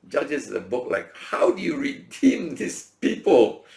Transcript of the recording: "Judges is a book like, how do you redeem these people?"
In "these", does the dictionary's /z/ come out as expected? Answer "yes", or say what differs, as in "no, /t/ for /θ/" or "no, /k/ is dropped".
no, /s/ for /z/